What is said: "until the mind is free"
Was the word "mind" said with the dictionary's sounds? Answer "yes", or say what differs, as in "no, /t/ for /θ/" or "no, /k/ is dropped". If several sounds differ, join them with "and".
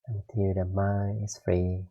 no, /d/ is dropped